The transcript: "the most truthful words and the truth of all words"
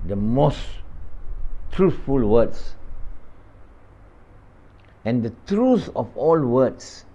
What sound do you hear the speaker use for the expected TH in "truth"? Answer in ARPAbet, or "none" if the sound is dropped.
S